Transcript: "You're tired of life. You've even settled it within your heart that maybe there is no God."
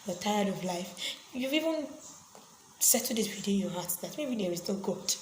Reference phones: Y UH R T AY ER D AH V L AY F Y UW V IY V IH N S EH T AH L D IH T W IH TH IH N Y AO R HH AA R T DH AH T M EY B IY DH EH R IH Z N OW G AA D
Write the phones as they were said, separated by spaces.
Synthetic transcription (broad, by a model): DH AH T AY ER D AH V L AY F Y UW V IY V IH N S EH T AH D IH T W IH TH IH N Y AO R HH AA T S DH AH T M EY B IY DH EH R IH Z N OW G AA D